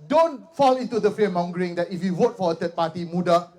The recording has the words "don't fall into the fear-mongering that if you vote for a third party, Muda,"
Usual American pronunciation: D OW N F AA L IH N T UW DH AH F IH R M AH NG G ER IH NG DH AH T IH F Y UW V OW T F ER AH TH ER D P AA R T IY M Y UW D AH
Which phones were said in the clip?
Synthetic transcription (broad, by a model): D OW N F AA L IH N T UW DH AH F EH M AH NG G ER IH NG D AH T IH F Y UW W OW T F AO AH T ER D P AA T IY M UW D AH